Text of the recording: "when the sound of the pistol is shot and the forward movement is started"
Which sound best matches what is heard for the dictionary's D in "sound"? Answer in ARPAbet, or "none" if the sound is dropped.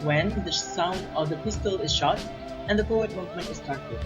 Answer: D